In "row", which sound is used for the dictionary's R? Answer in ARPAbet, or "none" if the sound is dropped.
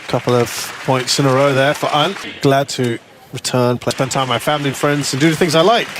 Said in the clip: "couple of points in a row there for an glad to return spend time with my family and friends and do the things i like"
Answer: R